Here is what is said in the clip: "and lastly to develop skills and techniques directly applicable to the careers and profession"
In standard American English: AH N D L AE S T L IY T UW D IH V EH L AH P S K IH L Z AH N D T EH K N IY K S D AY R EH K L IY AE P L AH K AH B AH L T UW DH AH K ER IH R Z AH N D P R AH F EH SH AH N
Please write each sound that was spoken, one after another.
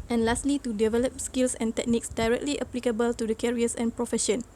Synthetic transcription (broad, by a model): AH N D L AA S T L IY T UW D IH V EH L AH P S K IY L S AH N T EH K N IY K S D AY R EH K L IY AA P L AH K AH B AH L T UW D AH K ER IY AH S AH N P R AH F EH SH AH N